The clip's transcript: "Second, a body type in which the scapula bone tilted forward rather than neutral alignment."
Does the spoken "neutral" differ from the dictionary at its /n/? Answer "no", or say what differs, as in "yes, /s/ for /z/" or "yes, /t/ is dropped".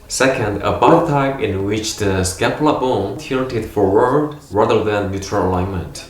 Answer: yes, /l/ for /n/